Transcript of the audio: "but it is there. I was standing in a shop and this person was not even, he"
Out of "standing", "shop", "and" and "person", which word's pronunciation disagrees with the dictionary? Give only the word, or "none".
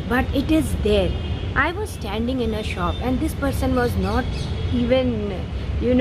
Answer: none